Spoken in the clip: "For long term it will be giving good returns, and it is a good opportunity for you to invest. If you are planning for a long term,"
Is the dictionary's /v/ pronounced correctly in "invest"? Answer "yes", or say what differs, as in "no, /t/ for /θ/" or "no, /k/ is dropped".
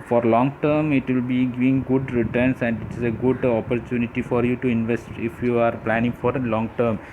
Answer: yes